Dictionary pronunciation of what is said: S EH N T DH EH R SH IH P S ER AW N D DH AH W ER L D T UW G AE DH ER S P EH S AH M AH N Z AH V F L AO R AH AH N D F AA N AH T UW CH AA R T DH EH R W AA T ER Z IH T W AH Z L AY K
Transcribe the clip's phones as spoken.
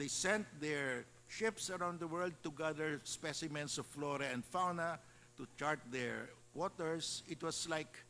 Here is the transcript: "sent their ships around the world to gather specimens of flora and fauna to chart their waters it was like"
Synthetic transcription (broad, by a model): S EH N T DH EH R SH IH P S ER AW N D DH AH W ER L D T UW G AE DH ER S P EH S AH M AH N S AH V F L AO R AH AH N D F AA N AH T UW CH AA R T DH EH R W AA T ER S IH T W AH S L AY K